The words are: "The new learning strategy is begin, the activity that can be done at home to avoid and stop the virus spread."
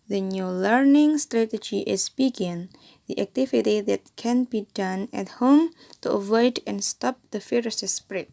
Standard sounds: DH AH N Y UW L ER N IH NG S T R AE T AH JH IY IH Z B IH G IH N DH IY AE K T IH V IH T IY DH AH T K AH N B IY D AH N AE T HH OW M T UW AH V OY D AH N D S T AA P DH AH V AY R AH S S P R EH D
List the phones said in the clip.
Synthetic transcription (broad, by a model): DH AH N Y UW L ER N IH NG S T R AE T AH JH IY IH S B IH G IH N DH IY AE K T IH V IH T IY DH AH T K AH N B IY D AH N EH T HH OW M T UW AH V OY D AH N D S T AA P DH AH F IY R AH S S P R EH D